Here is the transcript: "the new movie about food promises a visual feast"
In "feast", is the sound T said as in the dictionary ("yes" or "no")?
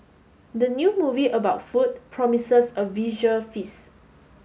no